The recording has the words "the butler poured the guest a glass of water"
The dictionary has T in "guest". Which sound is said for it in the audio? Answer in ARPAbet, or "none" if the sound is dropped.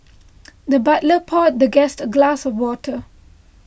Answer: T